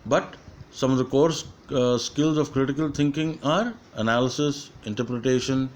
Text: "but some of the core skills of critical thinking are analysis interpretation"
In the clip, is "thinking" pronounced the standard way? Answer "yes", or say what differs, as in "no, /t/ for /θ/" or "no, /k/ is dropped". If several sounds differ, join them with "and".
no, /t/ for /θ/